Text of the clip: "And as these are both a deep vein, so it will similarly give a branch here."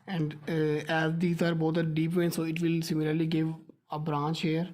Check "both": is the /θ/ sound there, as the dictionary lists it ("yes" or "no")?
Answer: no